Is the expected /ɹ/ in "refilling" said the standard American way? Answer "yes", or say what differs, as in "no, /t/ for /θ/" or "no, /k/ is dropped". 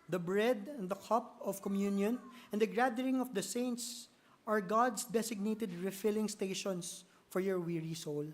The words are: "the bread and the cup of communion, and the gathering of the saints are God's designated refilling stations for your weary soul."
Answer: yes